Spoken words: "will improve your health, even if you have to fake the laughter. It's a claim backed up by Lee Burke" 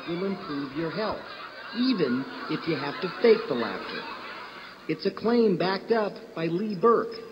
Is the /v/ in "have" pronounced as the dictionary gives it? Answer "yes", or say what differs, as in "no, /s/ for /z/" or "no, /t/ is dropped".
no, /f/ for /v/